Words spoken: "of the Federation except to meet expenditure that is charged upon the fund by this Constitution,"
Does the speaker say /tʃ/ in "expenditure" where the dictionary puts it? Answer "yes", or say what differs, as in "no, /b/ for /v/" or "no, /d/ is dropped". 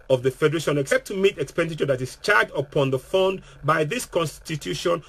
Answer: yes